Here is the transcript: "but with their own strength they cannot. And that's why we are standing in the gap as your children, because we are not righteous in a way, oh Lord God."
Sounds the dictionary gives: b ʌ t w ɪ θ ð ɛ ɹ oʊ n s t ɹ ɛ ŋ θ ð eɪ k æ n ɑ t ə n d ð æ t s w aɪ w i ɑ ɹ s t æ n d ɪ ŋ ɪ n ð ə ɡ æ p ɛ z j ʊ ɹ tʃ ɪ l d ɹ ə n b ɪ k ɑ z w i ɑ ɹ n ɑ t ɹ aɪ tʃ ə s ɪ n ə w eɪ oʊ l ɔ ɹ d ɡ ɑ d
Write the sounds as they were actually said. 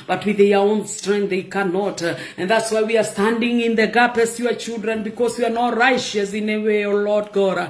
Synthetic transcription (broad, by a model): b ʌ t w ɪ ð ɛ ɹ oʊ n s t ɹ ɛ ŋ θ ð eɪ k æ n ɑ t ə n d ð æ t s w aɪ w i ɑ ɹ s t æ n d ɪ ŋ ɪ n ð ə ɡ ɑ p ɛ s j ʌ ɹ tʃ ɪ l d ɹ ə n b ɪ k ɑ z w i ɑ ɹ n ɑ t ɹ aɪ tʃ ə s ɪ n ə w eɪ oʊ l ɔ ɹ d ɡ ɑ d